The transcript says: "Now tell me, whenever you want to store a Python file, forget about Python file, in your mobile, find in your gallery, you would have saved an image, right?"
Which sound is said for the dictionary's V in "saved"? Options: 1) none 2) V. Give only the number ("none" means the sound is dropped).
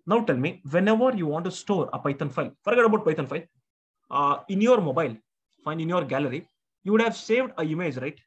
2